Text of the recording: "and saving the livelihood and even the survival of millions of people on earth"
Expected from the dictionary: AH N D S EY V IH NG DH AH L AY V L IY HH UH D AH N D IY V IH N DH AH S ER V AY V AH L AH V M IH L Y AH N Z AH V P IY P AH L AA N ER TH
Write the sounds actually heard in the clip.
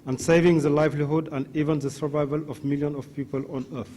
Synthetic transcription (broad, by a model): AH N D S EY V IH NG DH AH L AY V L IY HH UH D AH N D IY V IH N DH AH S ER V AY V AH L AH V M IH L Y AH N AH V P IY P AH L AA N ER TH